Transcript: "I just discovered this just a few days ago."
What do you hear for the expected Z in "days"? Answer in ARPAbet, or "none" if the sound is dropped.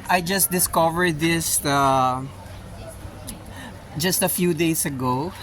S